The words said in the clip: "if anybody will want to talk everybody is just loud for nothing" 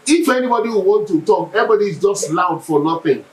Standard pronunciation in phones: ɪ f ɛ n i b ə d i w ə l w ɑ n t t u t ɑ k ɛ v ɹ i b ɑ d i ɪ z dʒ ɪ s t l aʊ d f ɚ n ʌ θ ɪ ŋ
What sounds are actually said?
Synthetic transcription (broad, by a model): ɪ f ɛ n i b ə d i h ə w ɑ n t t u t ɑ k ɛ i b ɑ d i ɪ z dʒ ɪ s t l aʊ d f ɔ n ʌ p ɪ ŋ